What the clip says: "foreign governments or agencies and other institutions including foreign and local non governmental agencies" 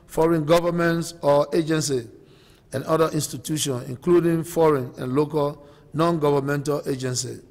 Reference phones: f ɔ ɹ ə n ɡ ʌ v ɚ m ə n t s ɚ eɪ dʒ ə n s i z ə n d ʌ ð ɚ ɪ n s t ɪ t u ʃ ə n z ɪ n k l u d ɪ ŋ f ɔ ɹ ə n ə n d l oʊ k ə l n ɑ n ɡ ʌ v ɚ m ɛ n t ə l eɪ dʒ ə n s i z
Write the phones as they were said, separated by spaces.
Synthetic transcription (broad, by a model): f ɔ ɹ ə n ɡ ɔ v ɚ m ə n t s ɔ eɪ dʒ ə n s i ə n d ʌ i n s t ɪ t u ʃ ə n ɪ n k l u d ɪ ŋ f ɔ ɹ ə n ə n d l oʊ k ə l n ɑ n ɡ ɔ v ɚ m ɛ n t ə l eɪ dʒ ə n s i